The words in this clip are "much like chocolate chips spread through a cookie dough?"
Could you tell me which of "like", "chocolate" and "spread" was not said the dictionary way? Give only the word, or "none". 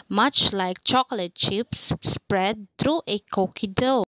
none